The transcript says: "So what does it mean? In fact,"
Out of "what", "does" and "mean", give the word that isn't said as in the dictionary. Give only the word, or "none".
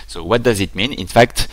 none